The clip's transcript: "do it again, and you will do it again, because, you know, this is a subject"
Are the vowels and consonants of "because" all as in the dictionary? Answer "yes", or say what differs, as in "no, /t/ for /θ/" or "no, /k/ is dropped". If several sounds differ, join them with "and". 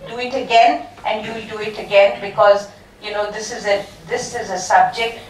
yes